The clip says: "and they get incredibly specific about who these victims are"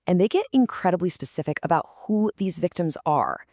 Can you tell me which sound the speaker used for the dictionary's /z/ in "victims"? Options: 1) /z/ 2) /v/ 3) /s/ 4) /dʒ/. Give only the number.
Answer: 1